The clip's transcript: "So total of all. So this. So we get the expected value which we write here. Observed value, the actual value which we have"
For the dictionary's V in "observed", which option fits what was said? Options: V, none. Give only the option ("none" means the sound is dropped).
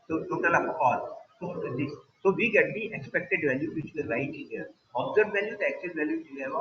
none